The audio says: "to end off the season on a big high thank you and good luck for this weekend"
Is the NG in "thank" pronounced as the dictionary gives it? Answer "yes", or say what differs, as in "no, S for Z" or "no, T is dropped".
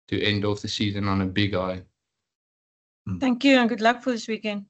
yes